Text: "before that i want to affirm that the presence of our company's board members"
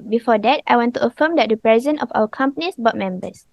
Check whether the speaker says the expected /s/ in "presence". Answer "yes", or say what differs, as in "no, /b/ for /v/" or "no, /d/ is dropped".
no, /s/ is dropped